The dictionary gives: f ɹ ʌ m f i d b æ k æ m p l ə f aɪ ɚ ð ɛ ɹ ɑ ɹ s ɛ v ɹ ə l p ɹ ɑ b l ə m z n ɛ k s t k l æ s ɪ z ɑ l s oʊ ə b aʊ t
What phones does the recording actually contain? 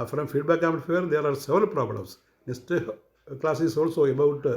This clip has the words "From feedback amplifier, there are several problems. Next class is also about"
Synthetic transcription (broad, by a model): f ɹ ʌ m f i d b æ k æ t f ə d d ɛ ɹ ɑ ɹ s ɛ v ɹ ə l p ɹ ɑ b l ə m s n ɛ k s t k l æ s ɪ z ɑ l s oʊ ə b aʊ t